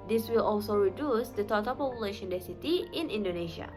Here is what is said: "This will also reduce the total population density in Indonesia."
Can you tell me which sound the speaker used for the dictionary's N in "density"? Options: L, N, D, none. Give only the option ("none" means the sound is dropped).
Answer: none